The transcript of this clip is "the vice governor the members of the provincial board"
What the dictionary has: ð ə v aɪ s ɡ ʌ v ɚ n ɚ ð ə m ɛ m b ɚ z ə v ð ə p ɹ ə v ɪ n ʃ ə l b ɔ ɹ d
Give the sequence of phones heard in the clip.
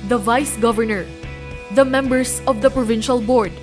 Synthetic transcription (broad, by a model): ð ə v aɪ s ɡ ʌ v ɚ n ɚ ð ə m ɛ m b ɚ s ə v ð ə p ɹ ə v ɪ n ʃ ə l b ɔ ɹ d